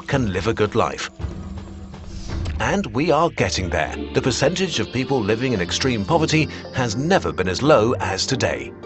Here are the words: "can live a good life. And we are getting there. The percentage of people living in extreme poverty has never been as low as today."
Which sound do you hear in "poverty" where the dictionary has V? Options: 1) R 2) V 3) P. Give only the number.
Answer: 2